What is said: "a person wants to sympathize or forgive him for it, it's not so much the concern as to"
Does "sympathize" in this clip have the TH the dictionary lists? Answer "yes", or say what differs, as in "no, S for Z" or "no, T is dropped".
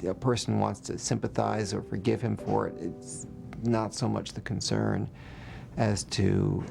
yes